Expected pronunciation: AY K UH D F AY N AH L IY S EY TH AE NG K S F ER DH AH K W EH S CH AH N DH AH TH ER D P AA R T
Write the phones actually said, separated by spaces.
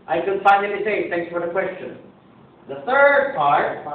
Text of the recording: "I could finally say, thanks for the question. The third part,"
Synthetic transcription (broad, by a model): AY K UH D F AY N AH N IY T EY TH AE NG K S F ER DH AH K W EH S CH AH N DH AH TH ER D P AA R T